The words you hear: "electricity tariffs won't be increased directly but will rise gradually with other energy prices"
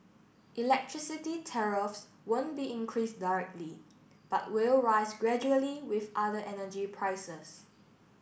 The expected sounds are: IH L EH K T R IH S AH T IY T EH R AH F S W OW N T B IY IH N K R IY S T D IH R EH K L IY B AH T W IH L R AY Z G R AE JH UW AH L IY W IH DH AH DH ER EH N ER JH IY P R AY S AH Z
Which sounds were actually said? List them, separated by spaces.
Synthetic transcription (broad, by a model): IH L EH K T R IH S AH T IY T EH R AH F S W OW N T B IY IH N K R IY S D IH R EH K L IY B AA T W IH L R AY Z G R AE JH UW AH L IY W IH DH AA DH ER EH N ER JH IY P R AY S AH S